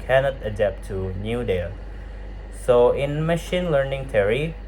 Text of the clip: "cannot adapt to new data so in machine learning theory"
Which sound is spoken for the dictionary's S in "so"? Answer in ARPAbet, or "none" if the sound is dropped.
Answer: S